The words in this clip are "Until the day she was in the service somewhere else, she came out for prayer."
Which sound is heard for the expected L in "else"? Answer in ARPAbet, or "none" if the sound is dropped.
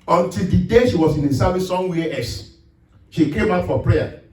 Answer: none